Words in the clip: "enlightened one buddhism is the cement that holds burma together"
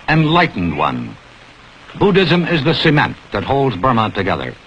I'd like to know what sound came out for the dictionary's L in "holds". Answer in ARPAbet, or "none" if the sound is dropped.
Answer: L